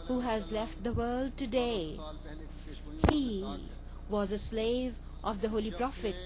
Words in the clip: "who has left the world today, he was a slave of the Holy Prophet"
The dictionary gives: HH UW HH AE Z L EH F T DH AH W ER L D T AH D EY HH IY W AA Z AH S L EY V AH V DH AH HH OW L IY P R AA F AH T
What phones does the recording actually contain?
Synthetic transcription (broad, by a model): HH UW HH AE Z L EH F T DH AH W ER L D T AH D EY HH IY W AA Z AH S L EY V AH V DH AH HH OW L IY P R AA F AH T